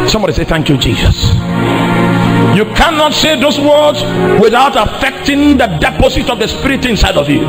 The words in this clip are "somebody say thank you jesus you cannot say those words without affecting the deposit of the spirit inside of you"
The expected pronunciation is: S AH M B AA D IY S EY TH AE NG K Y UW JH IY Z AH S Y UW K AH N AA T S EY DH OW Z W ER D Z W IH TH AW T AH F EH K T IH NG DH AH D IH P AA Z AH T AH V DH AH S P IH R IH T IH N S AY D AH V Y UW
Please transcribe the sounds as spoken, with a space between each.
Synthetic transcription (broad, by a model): S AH M B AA D IY S EY TH AE NG K Y UW JH IY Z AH S Y UW K AH N AA T S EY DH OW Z W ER D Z W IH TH AW T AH F EH K T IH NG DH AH D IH P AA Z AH T AH V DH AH S P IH R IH T IH N S AY D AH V Y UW